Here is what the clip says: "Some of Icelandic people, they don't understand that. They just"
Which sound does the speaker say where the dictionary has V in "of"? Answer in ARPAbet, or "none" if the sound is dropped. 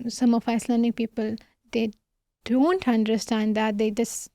F